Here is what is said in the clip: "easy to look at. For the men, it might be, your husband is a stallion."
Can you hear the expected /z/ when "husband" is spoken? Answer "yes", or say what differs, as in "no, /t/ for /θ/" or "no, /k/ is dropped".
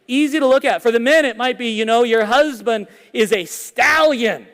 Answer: yes